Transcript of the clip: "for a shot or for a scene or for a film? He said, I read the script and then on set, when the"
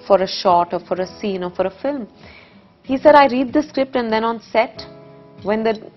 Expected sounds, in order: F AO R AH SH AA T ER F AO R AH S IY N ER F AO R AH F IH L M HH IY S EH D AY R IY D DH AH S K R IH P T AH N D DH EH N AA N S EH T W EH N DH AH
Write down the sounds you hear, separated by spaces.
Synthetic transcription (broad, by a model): F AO R AH SH AA T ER F AO R AH S IY N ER F AO R AH F IH L M HH IY S EH D AY R IY D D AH S K R IH P T AH N D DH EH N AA N S EH T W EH N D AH